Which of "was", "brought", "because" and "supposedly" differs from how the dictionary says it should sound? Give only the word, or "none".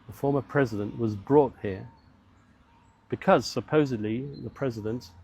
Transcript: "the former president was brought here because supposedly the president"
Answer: none